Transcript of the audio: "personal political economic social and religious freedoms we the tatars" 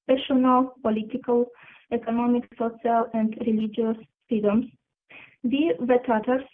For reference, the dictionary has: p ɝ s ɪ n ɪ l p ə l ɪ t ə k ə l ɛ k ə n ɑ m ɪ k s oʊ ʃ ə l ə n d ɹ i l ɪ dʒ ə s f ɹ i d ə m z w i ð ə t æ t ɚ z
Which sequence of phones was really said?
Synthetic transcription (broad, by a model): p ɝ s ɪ n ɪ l p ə l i t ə k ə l ɛ k ə n ɑ m ɪ k s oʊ s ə l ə n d ɹ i l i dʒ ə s f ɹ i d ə m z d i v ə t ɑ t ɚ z